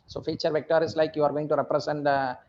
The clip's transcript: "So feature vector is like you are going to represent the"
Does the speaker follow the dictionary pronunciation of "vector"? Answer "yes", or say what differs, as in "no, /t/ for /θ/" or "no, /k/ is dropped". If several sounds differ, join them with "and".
yes